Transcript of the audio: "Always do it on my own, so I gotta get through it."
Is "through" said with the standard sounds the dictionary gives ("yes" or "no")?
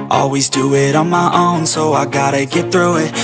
yes